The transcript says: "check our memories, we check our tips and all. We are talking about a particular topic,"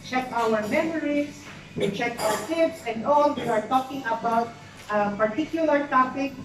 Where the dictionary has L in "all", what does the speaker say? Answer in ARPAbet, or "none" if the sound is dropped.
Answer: L